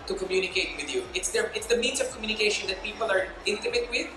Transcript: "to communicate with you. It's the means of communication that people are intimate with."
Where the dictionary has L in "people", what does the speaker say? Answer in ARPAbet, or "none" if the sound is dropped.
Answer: L